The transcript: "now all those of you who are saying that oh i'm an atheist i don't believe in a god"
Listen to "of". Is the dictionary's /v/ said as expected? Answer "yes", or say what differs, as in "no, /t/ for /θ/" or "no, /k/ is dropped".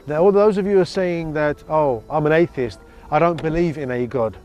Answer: yes